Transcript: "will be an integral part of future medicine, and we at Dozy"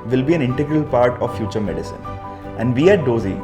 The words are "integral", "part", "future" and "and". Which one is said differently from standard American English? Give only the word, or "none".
none